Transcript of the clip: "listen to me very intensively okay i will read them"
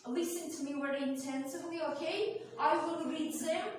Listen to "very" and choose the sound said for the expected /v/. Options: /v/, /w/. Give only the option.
/w/